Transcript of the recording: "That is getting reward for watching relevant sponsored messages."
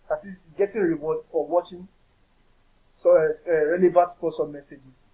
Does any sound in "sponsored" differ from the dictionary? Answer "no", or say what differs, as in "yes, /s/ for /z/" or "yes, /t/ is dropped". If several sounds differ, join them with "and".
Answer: yes, /n/ is dropped